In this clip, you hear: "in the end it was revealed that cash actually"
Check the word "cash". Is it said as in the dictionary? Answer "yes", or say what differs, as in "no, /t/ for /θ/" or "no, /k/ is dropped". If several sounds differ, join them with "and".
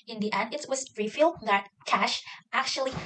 yes